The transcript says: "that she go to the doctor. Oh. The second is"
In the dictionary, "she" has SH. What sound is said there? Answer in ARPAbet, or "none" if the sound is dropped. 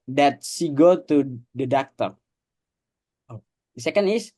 S